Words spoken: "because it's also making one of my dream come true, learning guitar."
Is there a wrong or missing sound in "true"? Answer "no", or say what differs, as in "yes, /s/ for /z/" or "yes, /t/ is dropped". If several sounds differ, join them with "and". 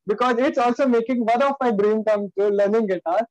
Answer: yes, /ɹ/ is dropped